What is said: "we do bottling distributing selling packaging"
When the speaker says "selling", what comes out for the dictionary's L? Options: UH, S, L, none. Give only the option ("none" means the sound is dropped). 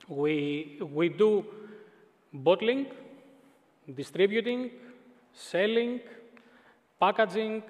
L